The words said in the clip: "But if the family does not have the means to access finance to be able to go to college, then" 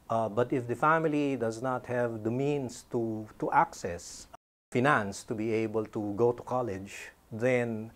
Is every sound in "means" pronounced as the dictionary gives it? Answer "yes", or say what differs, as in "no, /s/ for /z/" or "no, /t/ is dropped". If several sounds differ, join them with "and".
no, /s/ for /z/